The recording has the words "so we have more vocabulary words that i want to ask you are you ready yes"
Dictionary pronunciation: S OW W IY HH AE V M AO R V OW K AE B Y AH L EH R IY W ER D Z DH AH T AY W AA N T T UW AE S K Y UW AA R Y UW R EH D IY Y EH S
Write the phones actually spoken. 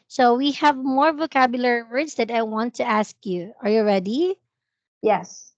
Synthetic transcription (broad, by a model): S OW W IY HH AE V M AO R V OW K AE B Y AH L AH R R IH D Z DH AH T AY W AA N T T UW AE S K Y UW AA R Y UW R EH D IY Y EH S